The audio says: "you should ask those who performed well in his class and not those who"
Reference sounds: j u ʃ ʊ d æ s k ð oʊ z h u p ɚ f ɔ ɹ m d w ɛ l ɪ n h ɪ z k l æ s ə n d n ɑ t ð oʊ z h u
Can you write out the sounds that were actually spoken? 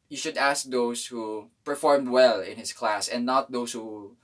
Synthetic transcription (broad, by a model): j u ʃ ʊ d æ s k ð oʊ s h u p ɚ f ɔ ɹ m d w ɛ l ɪ n h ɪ s k l æ s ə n n ɑ t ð oʊ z h u